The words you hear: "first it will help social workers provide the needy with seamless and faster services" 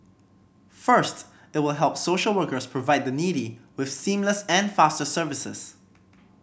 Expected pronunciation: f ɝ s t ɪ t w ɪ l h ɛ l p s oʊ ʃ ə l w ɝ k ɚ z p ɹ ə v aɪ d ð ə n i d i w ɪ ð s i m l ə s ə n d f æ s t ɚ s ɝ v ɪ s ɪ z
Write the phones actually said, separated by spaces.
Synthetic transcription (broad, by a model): f ɝ s t ɪ t w ɪ l h ɛ l p s oʊ ʃ ə l w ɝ k ɚ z p ɹ ə v aɪ d ð ə n i d i w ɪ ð s i m l ə s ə n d f æ s t ɚ s ɝ v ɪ s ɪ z